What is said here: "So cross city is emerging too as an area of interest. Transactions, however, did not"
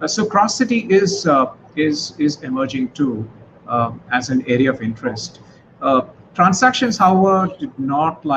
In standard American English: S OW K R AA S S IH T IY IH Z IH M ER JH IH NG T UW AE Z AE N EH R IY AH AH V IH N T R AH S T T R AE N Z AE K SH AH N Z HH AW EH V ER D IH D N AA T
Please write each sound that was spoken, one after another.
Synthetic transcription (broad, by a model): S OW K R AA S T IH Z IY IH Z IH M ER JH IH NG T UW AE Z AE N EH R IY AH AH V IH N T R AH S T T R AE N S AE K SH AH N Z HH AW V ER D IH D N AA T